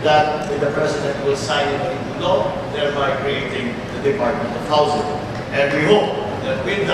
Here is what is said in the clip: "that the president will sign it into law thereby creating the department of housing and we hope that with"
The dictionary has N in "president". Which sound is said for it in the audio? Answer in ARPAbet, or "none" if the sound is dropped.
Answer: none